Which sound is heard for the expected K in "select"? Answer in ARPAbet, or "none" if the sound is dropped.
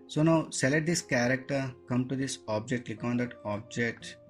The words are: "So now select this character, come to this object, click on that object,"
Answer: none